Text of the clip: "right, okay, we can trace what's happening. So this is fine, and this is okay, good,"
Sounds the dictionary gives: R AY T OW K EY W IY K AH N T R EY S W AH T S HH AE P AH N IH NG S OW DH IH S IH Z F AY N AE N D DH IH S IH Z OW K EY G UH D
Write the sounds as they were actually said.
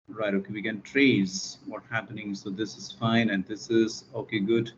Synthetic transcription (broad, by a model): R AY T OW K EY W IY K AH N T R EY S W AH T HH AE P AH N IH NG S OW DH IH S IH Z F AY N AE N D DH IH S IH Z OW K EY G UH D